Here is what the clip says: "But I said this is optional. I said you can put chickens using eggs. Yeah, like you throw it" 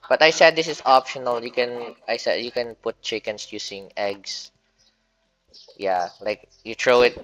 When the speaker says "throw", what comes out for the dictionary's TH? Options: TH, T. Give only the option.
T